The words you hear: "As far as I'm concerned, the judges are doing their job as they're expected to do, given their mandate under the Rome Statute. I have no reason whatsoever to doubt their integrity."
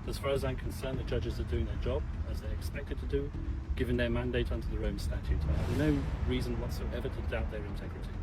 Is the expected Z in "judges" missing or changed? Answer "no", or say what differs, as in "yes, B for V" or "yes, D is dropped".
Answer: no